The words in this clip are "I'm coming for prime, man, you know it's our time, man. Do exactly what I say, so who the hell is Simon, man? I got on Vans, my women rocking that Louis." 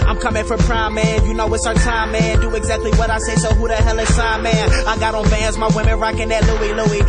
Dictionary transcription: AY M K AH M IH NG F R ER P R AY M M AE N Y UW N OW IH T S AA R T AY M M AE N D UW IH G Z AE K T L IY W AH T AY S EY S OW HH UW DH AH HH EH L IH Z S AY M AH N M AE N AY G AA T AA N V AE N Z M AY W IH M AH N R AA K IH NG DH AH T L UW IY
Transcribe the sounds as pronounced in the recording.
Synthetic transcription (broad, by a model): AY M K AH M IH NG F R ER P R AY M M AE N Y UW N OW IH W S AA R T AY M M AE N D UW IH G Z AE K T L IY W AH T AY S EY S OW HH UW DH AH HH EH L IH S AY AH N M AE N AY G AA T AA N B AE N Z M AY W IH M AH N R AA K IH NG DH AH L L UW IY